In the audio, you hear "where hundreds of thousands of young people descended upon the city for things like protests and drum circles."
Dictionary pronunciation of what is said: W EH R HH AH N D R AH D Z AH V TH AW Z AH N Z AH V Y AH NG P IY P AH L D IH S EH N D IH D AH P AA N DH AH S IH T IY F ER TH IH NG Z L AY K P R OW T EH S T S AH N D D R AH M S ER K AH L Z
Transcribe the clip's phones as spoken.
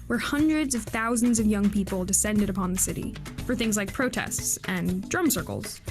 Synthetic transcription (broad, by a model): W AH R HH AH N D R AH D Z AH V TH AW Z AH N Z AH V Y AH NG P IY P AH L D IH S EH N D IH D AH P AA N DH AH S IH T IY F ER TH IH NG Z L AY K P R OW T EH S T S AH N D D R AH M S ER K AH L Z